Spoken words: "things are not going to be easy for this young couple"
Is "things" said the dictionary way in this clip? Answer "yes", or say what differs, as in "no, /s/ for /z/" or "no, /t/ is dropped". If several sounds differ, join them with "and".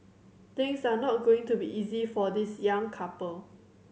no, /t/ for /θ/ and /s/ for /z/